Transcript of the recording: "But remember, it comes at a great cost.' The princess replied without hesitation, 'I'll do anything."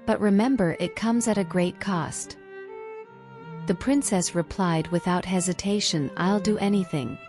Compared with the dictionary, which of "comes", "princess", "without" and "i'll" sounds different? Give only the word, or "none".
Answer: none